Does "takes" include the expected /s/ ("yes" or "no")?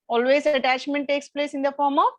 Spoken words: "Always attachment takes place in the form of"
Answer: yes